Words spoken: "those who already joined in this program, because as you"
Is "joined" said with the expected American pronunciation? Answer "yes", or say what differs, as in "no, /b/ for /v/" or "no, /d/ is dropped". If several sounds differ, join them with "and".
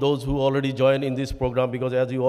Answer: no, /d/ is dropped